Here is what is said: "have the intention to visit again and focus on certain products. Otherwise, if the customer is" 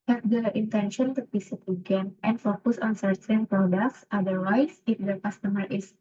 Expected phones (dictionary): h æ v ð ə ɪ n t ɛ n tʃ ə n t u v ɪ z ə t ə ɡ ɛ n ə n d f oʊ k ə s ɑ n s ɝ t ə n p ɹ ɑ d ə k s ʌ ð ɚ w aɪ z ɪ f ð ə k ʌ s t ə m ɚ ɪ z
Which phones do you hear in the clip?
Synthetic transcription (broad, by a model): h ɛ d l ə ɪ n t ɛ n ʃ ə n t u p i s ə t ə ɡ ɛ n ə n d f oʊ k ə s ɑ n s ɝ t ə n p ɹ ɑ d ə k s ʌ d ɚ w aɪ s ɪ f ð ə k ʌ s t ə m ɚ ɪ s